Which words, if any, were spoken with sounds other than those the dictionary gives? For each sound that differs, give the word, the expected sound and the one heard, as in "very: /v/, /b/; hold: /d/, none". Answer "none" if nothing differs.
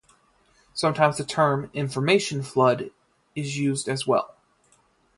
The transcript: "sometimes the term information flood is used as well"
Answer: none